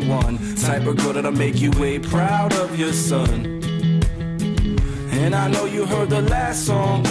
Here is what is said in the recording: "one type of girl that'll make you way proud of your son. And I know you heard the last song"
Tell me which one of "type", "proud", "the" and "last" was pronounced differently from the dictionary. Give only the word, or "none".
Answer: type